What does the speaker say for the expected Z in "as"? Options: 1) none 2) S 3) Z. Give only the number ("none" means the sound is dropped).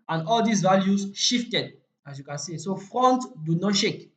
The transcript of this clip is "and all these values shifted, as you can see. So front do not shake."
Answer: 2